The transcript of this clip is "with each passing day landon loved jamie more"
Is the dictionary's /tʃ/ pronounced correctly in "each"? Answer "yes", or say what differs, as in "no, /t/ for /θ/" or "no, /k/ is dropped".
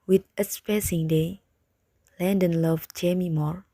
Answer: no, /s/ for /tʃ/